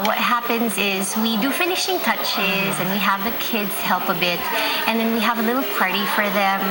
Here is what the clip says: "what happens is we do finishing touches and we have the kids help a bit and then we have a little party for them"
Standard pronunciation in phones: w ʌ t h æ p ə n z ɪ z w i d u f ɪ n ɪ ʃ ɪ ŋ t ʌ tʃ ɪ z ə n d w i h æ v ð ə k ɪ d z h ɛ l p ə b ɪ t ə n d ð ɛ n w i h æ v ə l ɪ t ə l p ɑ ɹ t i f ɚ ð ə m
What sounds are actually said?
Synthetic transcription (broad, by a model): w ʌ t h æ p ə n z ɪ z w i d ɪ f ɪ n ɪ ʃ ɪ ŋ t ʌ tʃ ɪ z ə n w i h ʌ v ð ə k ɪ d z h ɛ l p ə b ɪ t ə n ð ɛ n w i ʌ v ə l ɪ t l p ɑ ɹ t i f ɚ ð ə m